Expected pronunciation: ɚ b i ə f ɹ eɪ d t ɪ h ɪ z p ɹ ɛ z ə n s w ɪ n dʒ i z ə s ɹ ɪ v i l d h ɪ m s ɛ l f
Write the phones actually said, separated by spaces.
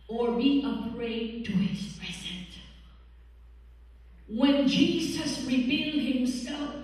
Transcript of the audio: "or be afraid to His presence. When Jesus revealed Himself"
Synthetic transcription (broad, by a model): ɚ b i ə p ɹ eɪ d t ɪ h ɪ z p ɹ ɛ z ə n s w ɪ n dʒ i z ə s ɹ ɪ v i l d h ɪ m s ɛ l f